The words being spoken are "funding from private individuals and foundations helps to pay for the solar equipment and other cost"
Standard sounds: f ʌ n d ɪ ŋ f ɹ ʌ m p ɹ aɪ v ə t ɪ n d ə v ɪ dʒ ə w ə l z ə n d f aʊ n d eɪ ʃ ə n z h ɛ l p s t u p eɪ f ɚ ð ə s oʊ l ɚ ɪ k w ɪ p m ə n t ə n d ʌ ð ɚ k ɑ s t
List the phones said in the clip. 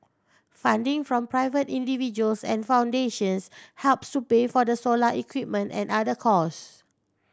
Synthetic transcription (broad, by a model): f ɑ n d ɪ ŋ f ɹ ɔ m p ɹ aɪ v ə t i n d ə v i dʒ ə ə l s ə n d f aʊ n d eɪ ʃ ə n s h ɛ l p s t u p eɪ f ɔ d ə s oʊ l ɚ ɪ k w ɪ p m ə n t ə n d ʌ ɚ k ɑ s